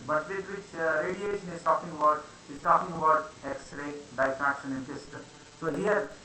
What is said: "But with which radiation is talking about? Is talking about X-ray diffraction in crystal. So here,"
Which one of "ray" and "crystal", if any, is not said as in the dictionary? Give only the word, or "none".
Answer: crystal